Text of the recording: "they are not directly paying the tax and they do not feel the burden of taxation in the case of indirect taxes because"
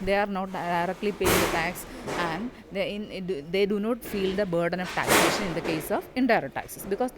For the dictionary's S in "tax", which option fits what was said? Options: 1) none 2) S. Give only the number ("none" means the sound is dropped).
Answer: 2